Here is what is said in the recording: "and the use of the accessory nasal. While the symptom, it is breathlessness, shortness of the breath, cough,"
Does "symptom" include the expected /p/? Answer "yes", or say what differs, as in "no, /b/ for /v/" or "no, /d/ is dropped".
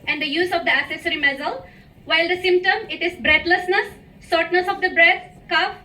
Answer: yes